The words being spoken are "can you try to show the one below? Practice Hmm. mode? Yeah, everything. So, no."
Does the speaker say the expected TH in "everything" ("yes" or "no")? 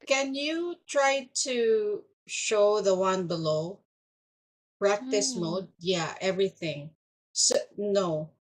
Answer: yes